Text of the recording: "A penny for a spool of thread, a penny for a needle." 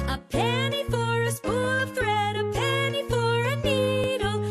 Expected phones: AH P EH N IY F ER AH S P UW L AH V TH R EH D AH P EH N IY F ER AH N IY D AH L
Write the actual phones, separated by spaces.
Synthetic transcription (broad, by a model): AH P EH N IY F ER AH S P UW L AH V TH R EH D AH P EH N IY F ER AH N IY D L